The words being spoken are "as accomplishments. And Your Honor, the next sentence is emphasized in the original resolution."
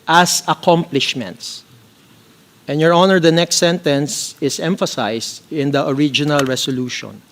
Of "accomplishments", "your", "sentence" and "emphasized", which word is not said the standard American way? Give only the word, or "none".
emphasized